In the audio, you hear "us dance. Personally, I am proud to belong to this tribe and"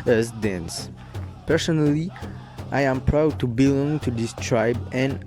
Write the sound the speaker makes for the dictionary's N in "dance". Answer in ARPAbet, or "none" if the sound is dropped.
N